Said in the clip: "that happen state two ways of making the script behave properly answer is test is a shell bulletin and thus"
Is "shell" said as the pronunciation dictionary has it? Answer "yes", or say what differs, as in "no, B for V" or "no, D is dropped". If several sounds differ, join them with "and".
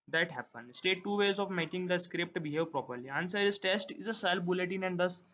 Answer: no, S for SH